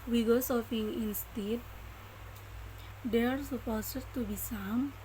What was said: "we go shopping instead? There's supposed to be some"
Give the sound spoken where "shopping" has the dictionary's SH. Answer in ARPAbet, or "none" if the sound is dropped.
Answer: S